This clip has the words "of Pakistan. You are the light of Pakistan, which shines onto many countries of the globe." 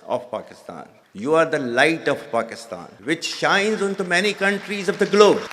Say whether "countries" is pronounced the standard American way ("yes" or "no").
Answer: yes